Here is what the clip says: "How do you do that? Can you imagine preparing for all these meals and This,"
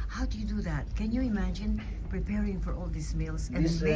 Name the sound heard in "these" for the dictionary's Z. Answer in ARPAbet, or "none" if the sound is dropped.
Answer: S